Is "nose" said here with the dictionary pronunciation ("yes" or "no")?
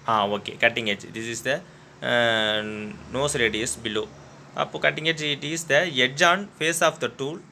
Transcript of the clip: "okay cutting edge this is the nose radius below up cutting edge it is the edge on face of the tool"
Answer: no